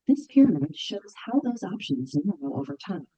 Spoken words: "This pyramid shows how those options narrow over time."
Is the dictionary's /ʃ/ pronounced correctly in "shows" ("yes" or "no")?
yes